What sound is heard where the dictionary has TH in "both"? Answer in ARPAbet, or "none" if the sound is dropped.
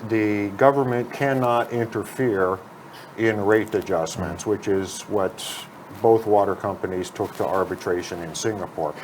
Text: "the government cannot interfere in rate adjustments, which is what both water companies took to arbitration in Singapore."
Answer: TH